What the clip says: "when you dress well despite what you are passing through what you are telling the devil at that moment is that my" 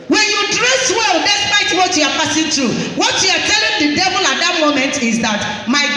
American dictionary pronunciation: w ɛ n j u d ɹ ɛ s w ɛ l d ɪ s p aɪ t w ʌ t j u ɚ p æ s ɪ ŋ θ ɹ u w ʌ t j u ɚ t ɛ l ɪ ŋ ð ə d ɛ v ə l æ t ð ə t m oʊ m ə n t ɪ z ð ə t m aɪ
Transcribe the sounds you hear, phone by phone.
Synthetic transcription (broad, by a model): w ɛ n j u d ɹ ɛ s w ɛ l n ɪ s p aɪ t w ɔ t j u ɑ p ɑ s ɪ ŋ t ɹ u w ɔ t j u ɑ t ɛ l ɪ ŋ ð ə d ɛ v ə l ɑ t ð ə t m oʊ m ə n t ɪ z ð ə t m aɪ